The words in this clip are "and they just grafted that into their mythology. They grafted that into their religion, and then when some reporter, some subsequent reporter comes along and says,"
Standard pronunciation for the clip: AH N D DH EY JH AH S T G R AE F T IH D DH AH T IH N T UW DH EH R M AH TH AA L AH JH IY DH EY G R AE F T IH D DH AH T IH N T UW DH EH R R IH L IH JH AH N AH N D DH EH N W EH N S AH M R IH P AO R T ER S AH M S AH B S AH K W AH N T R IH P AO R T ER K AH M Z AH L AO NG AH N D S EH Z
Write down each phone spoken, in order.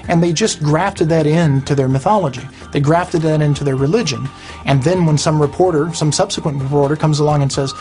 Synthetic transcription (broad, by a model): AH N DH EY JH AH S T G R AE F T IH D DH AH T IH N T UW DH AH R M AH TH AA L AH JH IY DH EY G R AE F T IH D DH AH T IH N T UW DH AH R R IH L IH JH AH N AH N DH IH N W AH N S AH M R IH P AO R T ER S AH M S AH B S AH K W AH N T R IH P AO R T ER K AH M Z AH L AO NG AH N S EH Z